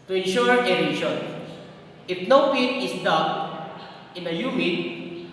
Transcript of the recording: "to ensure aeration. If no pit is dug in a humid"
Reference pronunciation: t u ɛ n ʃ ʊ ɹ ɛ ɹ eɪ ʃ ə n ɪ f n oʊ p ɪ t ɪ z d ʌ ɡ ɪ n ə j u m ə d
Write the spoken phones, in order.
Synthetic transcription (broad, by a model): t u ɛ n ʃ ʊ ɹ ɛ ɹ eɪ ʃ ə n ɪ f n oʊ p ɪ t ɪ s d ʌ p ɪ n ə j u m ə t